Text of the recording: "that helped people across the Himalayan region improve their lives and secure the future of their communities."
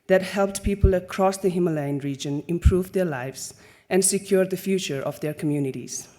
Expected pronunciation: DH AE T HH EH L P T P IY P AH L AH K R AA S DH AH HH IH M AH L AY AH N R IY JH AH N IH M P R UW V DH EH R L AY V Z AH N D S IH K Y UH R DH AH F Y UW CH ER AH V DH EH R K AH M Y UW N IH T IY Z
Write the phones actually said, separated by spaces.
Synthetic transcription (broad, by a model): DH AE T HH EH L P T P IY P AH L AH K R AA S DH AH HH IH M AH L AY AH N R IY JH AH N IH M P R UW V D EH R L AY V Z AH N D S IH K Y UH R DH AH F Y UW CH ER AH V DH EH R K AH M Y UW N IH T IY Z